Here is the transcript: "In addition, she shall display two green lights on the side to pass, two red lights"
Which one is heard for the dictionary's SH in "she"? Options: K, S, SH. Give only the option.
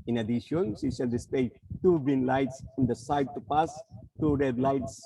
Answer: S